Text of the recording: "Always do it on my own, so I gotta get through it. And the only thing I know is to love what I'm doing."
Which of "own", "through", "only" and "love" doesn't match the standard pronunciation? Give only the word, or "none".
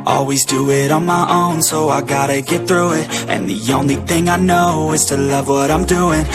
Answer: none